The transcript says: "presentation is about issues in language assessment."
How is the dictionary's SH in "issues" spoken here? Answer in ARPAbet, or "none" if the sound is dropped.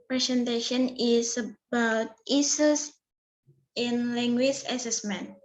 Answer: S